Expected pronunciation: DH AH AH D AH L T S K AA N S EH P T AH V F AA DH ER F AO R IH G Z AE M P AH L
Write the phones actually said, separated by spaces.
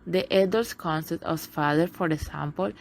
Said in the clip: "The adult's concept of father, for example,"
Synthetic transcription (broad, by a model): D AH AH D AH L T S K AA N S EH T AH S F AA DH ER F AO R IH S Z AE M P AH L